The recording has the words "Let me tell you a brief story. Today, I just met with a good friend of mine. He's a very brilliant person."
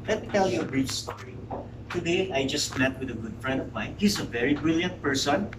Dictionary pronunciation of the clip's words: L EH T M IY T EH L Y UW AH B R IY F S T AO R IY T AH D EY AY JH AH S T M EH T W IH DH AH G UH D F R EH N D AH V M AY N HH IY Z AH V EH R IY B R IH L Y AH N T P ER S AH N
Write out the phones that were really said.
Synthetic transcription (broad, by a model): L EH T M IY T EH L Y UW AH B R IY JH S T AO R IY T AH D EY AY JH AH S T M EH T W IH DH AH G UH D F R EH N D AH V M AY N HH IY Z AH V EH R IY B R IH L Y AH N T P ER S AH N